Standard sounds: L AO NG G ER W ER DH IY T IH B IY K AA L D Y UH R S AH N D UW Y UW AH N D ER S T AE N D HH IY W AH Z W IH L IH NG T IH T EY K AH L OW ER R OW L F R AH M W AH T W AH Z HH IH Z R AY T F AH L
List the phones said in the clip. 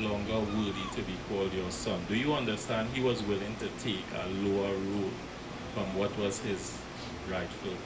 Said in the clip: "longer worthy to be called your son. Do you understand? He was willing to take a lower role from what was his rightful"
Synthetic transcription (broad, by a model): L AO NG G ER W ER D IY T IH B IY K AA L D Y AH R S AH N D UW Y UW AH N D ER S T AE N D HH IY W AH Z W IH L IH NG T IH T EY K AH L OW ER R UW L F R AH M W AH T W AH Z HH IH Z R AY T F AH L